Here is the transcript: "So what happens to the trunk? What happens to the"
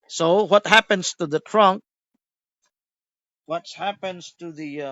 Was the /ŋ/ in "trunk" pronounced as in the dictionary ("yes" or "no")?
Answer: yes